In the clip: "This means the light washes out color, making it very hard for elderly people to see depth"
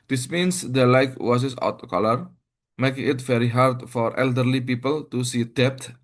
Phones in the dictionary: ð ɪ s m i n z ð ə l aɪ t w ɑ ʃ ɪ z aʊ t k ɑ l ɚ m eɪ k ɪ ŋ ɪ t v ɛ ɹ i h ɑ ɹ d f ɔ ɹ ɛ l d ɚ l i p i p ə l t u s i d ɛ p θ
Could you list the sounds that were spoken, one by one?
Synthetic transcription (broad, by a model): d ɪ s m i n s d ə l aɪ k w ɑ s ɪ s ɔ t k ɑ l ɚ m eɪ k ɪ ŋ ɪ t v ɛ ɹ i h ɑ ɹ d f ɔ ɹ ɛ l d ɚ l i p i p ə l t u s i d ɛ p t